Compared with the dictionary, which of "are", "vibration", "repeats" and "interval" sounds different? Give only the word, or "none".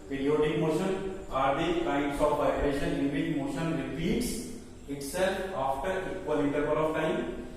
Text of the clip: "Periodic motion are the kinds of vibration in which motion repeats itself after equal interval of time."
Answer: interval